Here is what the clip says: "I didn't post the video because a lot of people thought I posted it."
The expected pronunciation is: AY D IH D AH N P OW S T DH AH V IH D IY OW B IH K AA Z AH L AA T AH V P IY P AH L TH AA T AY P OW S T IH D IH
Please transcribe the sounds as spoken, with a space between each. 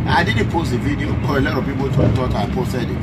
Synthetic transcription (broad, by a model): AY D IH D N P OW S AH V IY D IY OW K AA AH L AA T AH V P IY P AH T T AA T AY P OW S T IH D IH